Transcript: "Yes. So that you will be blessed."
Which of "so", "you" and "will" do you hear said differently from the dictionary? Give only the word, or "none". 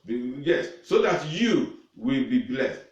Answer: none